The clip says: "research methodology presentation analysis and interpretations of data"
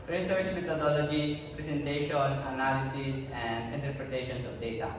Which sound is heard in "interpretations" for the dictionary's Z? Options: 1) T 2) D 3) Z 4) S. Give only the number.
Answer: 4